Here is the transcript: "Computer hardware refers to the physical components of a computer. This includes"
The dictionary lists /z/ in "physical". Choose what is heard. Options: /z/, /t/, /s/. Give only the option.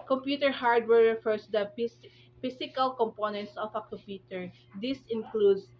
/s/